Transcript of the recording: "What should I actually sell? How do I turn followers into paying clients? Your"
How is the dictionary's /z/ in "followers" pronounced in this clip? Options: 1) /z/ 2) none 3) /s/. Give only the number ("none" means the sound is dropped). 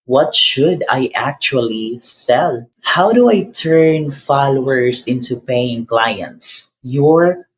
3